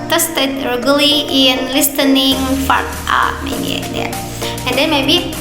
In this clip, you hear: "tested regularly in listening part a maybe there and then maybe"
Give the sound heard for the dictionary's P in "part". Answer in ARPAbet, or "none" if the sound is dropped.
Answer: F